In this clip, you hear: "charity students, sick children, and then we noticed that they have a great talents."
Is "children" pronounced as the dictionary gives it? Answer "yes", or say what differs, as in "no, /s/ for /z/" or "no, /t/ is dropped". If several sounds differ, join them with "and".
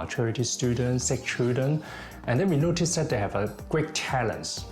no, /l/ is dropped and /ɹ/ is dropped